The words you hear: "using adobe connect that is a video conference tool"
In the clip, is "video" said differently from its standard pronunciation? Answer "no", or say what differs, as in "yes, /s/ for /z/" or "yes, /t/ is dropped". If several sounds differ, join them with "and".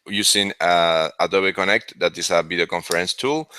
yes, /b/ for /v/